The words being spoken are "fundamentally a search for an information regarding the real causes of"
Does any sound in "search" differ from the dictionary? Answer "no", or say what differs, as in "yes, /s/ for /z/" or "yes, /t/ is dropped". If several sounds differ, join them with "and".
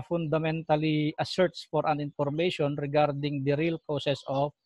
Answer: yes, /s/ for /tʃ/